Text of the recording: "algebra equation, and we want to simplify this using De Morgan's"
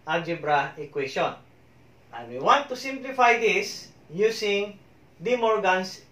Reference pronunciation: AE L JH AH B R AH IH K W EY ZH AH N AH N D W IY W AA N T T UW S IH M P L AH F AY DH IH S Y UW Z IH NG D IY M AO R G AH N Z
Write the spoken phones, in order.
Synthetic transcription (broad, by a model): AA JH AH B R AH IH K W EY SH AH N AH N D W IY W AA N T T UW S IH M P L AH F AY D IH S Y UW S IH NG D IY M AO R G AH N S